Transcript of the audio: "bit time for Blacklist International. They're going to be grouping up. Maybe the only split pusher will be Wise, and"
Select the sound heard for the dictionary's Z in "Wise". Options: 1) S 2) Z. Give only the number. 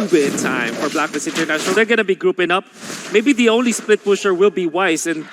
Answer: 1